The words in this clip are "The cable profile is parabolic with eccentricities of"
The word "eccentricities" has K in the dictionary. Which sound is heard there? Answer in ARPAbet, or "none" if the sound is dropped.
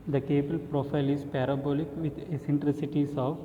none